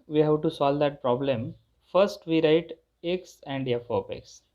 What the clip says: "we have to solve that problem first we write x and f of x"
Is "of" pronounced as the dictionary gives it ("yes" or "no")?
no